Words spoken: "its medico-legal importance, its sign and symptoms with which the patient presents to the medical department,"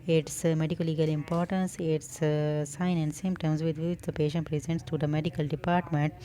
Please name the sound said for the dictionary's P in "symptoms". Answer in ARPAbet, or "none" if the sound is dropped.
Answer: none